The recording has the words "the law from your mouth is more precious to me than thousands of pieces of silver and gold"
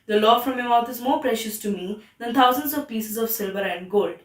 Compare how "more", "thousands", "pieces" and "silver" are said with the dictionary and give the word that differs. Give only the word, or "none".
thousands